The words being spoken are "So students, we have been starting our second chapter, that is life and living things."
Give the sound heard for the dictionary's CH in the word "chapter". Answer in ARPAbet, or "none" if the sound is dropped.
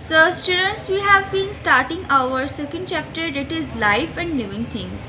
CH